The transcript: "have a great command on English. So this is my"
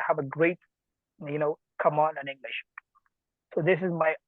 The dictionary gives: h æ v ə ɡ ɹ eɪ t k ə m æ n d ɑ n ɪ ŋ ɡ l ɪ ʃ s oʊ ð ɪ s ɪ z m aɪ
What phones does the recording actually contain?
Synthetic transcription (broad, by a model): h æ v ə ɡ ɹ eɪ t k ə m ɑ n ɪ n ɪ ŋ ɡ l ɪ ʃ s oʊ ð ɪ s ɪ z m aɪ